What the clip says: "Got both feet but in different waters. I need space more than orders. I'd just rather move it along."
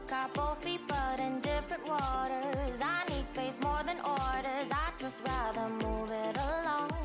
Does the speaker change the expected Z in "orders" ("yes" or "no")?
no